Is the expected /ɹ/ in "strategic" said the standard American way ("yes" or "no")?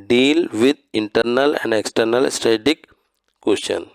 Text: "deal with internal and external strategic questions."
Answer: no